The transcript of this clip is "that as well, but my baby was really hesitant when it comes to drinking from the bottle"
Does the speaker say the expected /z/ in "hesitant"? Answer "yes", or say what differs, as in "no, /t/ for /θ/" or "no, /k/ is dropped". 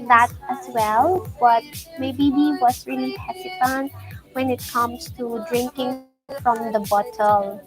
no, /s/ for /z/